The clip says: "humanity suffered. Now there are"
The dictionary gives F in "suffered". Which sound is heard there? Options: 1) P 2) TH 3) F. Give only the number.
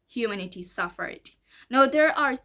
3